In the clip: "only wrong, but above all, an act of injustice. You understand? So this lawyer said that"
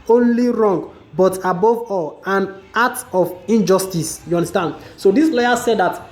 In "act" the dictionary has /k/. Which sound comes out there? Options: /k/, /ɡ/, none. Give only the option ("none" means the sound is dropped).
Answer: none